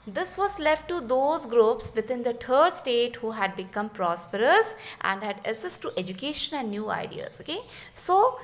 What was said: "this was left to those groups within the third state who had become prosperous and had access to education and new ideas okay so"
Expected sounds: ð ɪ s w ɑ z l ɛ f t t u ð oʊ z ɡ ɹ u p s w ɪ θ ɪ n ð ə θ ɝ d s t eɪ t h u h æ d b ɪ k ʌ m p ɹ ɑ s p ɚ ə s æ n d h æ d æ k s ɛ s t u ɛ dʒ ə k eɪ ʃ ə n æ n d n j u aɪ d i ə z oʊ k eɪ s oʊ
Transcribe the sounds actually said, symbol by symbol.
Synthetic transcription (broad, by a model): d ɪ s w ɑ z l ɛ f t t u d oʊ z ɡ ɹ u p s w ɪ t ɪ n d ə t ɝ d s t eɪ t h u h æ d b ɪ k ʌ m p ɹ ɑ s p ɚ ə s æ n d h æ d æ s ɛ s t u ɛ dʒ ə k eɪ ʃ ə n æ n d n j u aɪ d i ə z oʊ k eɪ s oʊ